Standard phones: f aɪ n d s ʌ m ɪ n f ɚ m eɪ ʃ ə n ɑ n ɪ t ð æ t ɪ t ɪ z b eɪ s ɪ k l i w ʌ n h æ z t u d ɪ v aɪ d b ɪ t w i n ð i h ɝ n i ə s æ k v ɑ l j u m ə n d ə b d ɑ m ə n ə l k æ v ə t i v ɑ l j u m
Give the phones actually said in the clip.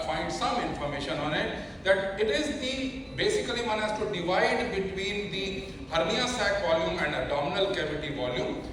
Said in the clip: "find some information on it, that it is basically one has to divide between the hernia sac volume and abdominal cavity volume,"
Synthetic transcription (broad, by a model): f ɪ n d s ʌ m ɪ n f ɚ m eɪ ʃ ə n ɑ n ɪ t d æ t ɪ t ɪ z b eɪ s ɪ k l i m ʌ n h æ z t u d ɪ v aɪ d b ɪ t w i n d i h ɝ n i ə s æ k v ɑ l j u m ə n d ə d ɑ m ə n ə l k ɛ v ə t i v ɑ l j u m